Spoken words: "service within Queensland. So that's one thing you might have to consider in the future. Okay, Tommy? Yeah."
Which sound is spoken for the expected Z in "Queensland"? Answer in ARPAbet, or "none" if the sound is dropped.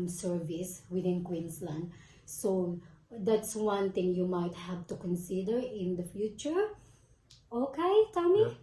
S